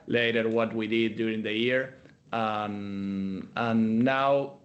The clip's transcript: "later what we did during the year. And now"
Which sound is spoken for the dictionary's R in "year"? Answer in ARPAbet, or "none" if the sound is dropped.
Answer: R